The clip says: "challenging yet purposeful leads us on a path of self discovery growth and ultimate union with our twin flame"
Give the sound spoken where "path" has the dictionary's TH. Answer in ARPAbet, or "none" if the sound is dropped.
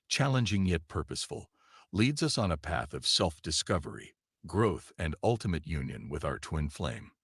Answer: TH